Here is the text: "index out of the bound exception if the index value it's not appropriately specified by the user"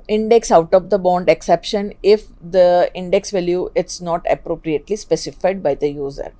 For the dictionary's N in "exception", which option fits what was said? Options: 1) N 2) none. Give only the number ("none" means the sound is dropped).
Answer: 1